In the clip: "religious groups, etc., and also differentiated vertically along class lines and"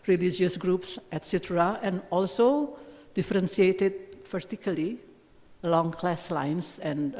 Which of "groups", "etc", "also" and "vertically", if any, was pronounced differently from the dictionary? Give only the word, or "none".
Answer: vertically